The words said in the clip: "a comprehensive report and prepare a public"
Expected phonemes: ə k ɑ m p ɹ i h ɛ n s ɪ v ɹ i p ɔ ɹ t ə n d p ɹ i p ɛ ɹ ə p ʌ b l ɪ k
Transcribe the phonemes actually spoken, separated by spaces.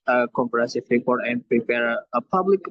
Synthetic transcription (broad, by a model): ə k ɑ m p i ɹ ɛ s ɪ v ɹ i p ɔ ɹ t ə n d p ɹ i p ɛ ɹ ə p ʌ b l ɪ k